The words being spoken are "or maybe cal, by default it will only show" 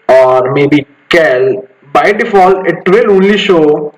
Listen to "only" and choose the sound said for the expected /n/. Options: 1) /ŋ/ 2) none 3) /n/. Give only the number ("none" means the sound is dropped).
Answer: 2